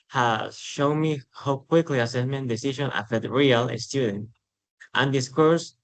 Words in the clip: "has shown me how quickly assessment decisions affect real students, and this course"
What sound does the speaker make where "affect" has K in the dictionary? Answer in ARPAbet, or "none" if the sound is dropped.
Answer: none